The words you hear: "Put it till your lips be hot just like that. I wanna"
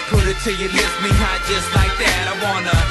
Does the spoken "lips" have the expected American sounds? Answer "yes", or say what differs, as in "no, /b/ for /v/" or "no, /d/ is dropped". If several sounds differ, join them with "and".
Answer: no, /p/ is dropped